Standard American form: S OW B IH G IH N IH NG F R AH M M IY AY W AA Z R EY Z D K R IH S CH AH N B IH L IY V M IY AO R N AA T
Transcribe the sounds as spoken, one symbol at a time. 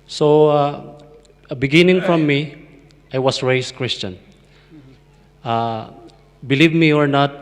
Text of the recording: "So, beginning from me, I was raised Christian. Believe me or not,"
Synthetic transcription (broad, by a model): S OW B IH G IH N IH NG F R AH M M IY AY W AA S R EY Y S K R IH S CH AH N B IH L IY V M IY AO R N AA T